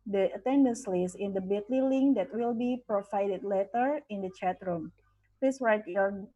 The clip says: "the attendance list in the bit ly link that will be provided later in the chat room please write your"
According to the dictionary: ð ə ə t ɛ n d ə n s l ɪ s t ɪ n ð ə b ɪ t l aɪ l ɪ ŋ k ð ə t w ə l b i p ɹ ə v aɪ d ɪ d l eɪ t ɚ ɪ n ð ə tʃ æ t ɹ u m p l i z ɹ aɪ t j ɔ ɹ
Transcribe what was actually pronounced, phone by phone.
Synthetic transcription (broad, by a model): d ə ə t ɛ n d ə n s l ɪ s ɪ n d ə b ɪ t l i l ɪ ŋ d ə t w ə l b i p ɹ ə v aɪ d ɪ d l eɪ t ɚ ɪ n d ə tʃ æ t ɹ u m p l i s ɹ aɪ t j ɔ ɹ